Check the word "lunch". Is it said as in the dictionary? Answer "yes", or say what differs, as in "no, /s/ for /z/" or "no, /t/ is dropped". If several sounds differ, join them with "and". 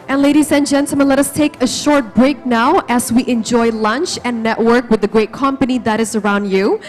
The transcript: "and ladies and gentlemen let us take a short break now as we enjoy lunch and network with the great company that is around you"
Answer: yes